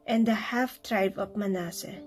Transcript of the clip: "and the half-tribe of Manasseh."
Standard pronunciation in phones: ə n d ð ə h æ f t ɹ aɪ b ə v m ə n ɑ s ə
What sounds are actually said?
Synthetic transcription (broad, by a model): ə n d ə h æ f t ɹ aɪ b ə p m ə n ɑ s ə